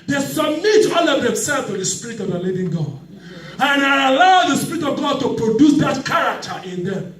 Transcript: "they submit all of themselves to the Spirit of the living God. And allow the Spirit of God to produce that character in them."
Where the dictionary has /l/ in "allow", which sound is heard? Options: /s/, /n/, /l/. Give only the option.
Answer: /l/